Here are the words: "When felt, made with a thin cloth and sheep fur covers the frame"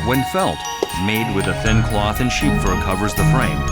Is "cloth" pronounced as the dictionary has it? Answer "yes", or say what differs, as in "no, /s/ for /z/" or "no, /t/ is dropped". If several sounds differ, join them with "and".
yes